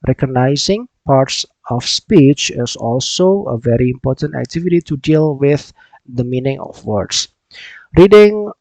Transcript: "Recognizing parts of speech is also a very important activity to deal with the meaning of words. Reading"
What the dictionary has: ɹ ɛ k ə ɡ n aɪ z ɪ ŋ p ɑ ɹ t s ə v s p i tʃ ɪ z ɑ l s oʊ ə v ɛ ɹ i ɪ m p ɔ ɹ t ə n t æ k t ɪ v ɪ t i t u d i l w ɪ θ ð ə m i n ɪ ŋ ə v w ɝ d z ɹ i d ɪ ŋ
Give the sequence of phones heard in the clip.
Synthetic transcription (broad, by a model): ɹ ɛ k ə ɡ n aɪ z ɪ ŋ p ɑ ɹ t s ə f s p i tʃ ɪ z ɑ l s oʊ ə v ɛ ɹ i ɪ m p ɔ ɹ t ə n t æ k t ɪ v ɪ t i t u d i l w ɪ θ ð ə m i n ɪ ŋ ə f w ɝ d s ɹ i d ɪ ŋ